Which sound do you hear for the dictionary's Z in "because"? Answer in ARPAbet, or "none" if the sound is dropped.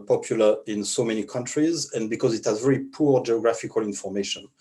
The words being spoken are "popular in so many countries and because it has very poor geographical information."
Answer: Z